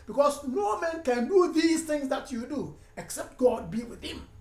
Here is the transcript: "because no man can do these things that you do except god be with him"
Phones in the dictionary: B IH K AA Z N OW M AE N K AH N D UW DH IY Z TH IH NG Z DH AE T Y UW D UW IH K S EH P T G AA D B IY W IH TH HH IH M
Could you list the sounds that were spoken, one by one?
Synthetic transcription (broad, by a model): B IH K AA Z N OW M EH N K AH N D UW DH IY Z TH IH NG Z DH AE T Y UW D UW IH K S EH P T G AA D B IY W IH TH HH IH M